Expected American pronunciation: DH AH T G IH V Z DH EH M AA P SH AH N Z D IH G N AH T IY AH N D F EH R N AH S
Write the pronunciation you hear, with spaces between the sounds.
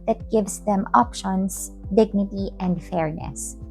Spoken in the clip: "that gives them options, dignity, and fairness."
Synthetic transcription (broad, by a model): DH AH T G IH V S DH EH M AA P SH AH N S D IH G N AH T IY AH N D F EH R N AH S